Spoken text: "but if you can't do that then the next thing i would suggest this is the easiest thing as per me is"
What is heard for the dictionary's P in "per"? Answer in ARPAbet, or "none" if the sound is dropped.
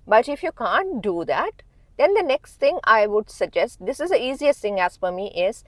F